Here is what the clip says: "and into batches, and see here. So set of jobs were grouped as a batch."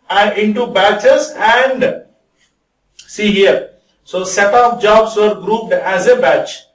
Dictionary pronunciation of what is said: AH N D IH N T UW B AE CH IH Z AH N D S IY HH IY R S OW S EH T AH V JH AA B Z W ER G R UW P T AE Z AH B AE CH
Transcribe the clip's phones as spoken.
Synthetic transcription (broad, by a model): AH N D IH N T UW B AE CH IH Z AH N D S IY HH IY R S OW S EH T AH P JH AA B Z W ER G R UW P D AE Z AH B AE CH